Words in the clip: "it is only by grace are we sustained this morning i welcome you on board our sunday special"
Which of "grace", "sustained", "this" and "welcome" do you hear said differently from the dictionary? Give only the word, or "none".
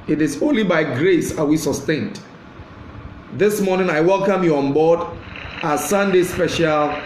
none